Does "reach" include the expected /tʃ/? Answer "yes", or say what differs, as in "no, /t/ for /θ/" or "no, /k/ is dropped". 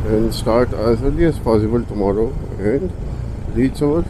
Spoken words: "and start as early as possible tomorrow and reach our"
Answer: no, /s/ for /tʃ/